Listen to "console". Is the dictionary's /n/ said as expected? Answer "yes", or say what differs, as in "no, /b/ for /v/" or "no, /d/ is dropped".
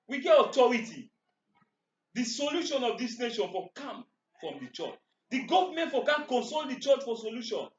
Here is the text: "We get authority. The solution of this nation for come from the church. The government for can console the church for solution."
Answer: yes